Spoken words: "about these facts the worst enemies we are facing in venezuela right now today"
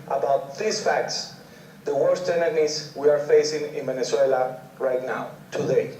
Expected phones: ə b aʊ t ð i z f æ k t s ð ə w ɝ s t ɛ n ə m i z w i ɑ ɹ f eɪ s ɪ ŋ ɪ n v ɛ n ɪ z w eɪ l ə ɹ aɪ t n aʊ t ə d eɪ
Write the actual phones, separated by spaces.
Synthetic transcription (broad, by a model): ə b aʊ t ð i s f æ k t s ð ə w ɝ s t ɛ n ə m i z w i ɑ ɹ f eɪ s ɪ ŋ ɪ n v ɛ n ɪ s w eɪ l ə ɹ aɪ t n aʊ t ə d eɪ